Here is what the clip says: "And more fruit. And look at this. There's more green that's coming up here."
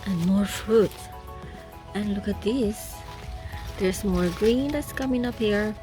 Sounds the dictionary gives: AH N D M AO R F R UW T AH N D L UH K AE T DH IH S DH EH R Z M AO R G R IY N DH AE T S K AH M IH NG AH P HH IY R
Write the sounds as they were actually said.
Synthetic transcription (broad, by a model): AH N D M AO R F R UW T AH N L UH K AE T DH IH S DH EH R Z M AO R G R IY N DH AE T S K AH M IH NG AH P HH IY R